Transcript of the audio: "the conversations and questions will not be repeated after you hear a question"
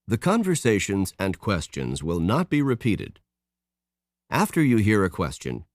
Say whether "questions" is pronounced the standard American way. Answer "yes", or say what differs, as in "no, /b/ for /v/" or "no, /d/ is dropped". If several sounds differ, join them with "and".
yes